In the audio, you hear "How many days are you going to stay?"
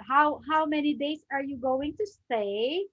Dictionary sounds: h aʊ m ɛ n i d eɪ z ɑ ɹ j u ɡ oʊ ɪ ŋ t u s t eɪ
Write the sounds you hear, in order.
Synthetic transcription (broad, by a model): h aʊ m ɛ n i d eɪ s ɑ ɹ j u ɡ oʊ ɪ ŋ t u s t eɪ